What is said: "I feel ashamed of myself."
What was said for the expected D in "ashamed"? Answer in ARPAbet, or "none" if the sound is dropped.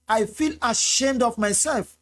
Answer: D